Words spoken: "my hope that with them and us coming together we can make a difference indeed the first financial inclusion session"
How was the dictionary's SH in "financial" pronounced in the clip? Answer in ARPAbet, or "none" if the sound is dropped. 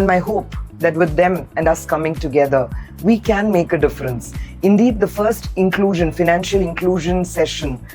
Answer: SH